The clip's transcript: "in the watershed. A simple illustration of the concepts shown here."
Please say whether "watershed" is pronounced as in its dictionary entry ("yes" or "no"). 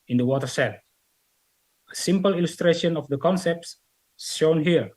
no